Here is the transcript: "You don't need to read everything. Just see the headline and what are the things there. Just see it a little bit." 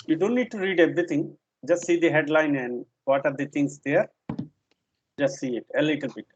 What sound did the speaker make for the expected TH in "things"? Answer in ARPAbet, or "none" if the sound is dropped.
T